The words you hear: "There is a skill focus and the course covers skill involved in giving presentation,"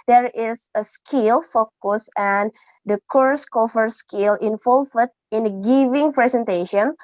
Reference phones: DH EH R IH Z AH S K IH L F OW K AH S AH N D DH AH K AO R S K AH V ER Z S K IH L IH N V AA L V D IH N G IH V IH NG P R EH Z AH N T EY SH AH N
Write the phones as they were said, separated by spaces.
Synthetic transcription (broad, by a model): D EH R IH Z AH S K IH L F OW K AH S AH N D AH K AO R S K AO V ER S K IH L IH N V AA L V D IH N G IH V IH NG P R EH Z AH N T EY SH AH N